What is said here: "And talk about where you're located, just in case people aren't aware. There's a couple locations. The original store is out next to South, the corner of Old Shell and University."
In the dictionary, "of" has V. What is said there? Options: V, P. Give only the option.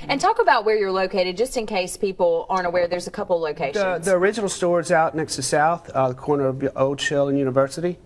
V